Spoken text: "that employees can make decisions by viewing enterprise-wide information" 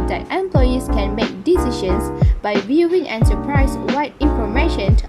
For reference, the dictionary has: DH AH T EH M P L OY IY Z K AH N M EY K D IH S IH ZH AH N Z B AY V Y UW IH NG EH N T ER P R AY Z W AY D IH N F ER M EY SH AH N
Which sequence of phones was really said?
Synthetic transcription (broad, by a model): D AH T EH M P L OY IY S K AH N M EY K D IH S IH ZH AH N S B AY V Y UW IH NG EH N S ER P R AY S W AY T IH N F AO M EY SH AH N